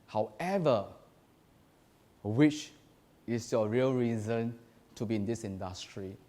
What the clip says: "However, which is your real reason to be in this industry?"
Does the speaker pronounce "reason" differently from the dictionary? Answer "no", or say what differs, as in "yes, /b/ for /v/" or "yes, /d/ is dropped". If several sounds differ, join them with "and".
no